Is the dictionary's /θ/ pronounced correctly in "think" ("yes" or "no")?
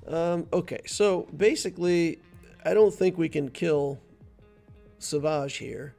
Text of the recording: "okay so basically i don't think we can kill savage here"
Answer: yes